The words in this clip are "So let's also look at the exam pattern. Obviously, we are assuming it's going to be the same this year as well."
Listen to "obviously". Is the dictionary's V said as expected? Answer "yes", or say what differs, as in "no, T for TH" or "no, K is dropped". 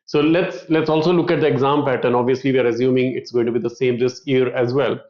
yes